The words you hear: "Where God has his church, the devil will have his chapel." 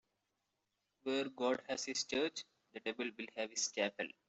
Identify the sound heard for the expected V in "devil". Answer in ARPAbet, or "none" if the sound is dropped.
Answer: B